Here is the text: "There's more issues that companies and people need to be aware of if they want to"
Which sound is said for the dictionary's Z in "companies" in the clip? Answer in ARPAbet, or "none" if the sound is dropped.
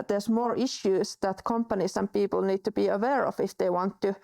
S